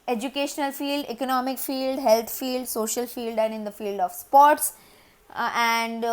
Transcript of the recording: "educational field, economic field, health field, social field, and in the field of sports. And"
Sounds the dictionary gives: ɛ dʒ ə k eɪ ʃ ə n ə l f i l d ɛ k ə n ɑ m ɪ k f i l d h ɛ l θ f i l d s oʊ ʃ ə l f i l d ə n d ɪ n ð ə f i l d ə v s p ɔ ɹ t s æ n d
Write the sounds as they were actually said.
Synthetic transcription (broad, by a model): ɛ dʒ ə k eɪ ʃ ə n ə l f i l d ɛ k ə n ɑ m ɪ k f i l d h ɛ l t f i l d s oʊ ʃ ə l f i l d ə n d ɪ n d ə f i l d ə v s p ɔ ɹ t s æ n d